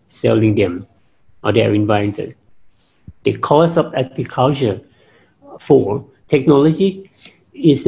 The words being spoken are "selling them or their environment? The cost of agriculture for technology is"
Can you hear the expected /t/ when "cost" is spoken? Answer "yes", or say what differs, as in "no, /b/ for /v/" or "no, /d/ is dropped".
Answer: no, /t/ is dropped